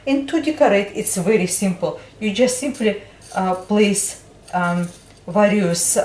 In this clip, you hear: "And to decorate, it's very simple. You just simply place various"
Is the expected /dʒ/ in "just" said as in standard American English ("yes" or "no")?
yes